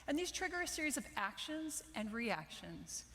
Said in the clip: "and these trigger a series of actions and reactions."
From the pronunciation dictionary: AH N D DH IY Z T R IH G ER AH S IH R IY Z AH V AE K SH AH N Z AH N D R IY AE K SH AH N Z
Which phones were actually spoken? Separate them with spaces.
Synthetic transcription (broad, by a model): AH N DH IY Z T R IH G ER AH S IH R IY Z AH V AE K SH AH N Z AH N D R IY AE K SH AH N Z